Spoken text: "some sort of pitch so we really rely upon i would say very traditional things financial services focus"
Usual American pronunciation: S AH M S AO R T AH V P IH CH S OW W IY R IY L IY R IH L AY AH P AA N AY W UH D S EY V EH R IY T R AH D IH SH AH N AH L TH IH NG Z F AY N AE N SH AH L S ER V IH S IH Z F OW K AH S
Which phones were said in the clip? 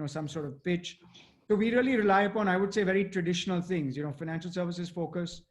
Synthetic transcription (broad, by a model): S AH M S AO R T AH V P IH CH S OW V IY R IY L IY R IH L AY AH P AA N AY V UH D S EY V EH R IY T R AH D IH SH AH N AH L T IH NG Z F AY N AE N SH AH L S ER V IH S IH Z F OW K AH S